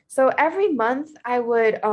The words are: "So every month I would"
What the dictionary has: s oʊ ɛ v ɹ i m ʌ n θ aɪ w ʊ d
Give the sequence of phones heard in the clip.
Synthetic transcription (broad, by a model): s oʊ ɛ v ɹ i m ʌ n θ aɪ w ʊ d